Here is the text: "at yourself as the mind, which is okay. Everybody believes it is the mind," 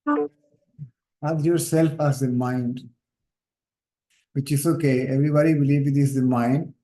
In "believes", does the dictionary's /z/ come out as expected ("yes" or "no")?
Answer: no